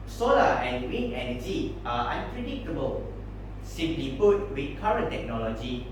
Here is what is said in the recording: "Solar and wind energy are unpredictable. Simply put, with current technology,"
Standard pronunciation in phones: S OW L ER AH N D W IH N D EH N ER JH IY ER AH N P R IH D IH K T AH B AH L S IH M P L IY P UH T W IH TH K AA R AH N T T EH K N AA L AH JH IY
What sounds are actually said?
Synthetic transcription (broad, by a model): S OW L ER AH N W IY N EH N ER JH IY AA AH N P R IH D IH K T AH B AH L S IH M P L IY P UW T W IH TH K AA R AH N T T EH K N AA L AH JH IY